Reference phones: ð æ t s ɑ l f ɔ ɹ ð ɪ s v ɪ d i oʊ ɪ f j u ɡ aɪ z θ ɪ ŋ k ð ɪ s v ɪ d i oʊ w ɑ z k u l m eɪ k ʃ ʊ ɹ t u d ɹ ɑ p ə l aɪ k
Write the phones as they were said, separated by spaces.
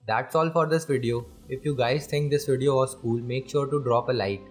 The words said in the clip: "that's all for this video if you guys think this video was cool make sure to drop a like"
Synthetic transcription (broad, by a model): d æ t s ɑ l f ɔ ɹ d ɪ s v ɪ d i oʊ ɪ f j u ɡ aɪ z s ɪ ŋ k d ɪ s v ɪ d i oʊ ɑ s k u l m eɪ k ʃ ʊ ɹ t u d ɹ ɑ p ə l aɪ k